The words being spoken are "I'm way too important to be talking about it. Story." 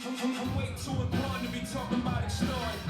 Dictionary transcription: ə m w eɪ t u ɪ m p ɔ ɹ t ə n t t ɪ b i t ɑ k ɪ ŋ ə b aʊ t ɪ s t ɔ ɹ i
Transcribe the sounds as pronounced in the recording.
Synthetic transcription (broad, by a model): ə w eɪ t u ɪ p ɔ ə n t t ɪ b i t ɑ k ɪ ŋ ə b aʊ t ɪ s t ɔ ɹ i